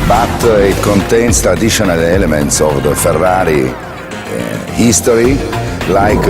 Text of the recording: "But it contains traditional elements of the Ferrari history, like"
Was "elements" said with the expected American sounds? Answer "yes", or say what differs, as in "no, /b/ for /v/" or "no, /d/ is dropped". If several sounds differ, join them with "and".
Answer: yes